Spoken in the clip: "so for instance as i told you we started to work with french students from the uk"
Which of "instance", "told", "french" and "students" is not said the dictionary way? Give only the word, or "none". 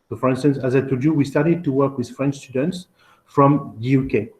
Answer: told